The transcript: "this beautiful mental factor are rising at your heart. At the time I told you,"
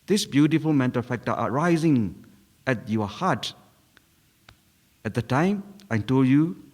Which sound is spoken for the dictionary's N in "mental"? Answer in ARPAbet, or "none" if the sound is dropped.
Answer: N